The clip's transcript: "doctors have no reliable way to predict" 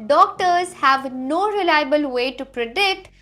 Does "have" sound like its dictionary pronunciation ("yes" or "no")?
yes